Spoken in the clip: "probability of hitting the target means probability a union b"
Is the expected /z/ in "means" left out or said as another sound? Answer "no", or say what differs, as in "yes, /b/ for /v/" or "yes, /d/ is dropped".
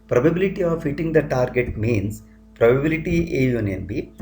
yes, /s/ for /z/